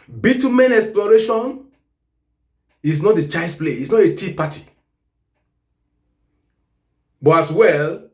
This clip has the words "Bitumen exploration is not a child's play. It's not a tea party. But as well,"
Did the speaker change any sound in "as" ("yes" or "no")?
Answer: yes